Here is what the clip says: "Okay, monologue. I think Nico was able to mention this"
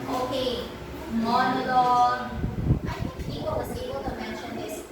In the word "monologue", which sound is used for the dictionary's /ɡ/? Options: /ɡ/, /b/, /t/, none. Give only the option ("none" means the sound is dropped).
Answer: none